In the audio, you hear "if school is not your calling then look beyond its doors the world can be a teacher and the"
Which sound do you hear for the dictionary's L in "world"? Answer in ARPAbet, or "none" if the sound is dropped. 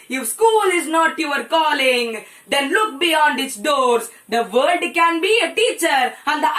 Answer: none